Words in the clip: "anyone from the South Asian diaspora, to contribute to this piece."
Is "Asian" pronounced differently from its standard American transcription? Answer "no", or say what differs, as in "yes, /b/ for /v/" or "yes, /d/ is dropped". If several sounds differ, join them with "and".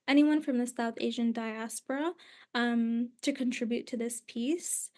no